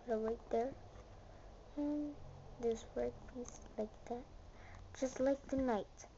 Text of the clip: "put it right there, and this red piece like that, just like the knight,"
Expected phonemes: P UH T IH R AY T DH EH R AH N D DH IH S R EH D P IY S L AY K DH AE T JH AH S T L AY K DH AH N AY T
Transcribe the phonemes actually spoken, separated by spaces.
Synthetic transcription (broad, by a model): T IH W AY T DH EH R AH N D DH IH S W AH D P IY S L AY K DH AE T JH AH S T L AY K DH AH N AY T